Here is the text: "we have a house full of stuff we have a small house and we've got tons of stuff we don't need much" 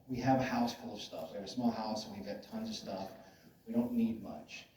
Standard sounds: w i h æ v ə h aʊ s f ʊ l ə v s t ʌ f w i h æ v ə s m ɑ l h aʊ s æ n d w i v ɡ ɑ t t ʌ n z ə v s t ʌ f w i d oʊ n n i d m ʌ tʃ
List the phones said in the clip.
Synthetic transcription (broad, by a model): w i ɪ v ə h aʊ s f ʊ l ə v s t ʌ f w i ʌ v ə s m ɑ l h aʊ s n w i v ɡ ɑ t t ʌ n z ə v s t ʌ f w i d oʊ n n i d m ʌ tʃ